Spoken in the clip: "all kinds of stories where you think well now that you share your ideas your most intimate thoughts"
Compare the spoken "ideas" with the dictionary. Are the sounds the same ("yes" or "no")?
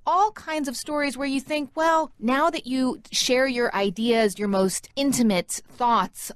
yes